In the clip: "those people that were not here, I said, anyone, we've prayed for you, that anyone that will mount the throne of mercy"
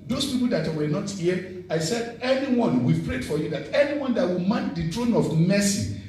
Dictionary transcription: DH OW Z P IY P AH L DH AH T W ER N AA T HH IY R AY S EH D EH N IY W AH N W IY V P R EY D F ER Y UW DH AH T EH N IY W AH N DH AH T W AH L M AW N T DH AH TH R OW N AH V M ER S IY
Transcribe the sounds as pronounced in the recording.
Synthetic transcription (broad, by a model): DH OW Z P IY P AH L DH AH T W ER N AA T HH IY AY S EH D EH N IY W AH N W IY V P R EY D F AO Y UW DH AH T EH N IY W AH N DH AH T W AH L M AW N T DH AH T R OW N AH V M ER S IY